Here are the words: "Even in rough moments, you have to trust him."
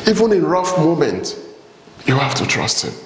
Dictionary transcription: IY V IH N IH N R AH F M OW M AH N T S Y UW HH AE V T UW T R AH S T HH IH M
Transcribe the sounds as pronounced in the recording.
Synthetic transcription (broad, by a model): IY V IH N IH N R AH F M OW M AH N T Y UW HH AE F T UW T R AH S T HH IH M